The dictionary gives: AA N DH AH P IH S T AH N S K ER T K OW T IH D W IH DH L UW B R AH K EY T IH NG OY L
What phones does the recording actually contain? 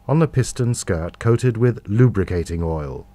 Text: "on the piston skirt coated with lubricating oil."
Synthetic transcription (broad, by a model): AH N DH AH P IH S T AH N S K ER T K OW T IH D W IH DH L UW B R AH K EY T IH NG OY L